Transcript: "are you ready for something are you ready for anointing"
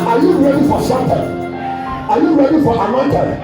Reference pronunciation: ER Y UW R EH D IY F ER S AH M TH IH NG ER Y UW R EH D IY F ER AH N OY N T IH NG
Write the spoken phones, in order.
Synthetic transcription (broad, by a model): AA Y UW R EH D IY F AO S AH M T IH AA Y UW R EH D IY F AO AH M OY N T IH